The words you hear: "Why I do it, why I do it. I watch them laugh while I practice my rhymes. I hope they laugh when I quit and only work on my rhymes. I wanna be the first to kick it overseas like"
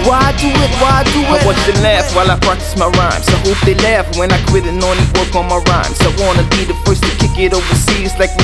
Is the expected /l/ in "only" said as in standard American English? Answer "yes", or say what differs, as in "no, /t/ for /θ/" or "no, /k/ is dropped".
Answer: no, /l/ is dropped